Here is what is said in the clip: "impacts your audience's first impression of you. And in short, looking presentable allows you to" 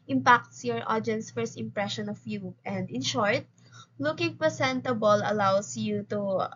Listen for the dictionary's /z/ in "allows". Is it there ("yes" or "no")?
no